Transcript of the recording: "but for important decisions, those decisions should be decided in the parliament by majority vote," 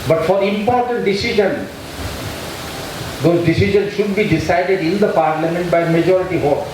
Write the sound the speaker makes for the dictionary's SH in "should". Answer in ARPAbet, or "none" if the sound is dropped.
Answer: SH